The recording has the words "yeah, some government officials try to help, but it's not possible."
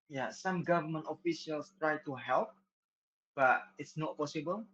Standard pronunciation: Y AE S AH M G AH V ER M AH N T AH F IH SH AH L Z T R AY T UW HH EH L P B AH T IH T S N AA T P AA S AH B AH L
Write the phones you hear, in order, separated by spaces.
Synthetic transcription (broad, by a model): Y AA S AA M G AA V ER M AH N T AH F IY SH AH L S T R AY T UW HH EH L P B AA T IH T S N AA T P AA S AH B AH L